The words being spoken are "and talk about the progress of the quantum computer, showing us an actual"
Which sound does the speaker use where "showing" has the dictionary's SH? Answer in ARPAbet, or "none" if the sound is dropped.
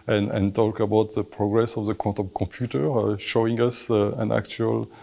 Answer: SH